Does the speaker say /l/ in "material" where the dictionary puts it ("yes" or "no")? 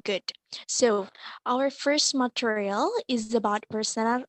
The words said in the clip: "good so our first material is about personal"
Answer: yes